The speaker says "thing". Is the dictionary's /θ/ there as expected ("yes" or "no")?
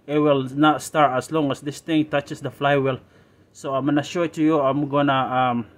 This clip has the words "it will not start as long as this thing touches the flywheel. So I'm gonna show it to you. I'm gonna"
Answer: no